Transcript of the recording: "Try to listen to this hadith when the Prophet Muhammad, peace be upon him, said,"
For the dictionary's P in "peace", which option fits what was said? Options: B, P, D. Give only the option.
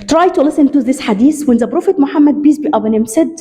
B